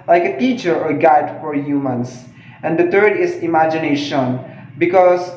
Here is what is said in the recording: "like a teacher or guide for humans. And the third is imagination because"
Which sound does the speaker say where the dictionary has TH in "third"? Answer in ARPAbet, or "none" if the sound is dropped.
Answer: T